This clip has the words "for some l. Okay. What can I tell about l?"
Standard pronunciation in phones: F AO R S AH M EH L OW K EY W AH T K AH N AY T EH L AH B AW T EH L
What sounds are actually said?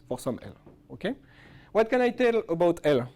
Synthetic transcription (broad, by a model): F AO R S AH M EH L OW K EY W AH T K AH N AY T EH L AH B AW T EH L